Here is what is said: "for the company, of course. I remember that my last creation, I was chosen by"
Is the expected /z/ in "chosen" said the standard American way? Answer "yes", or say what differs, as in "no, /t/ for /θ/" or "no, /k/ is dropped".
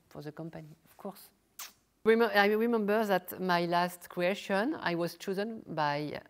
yes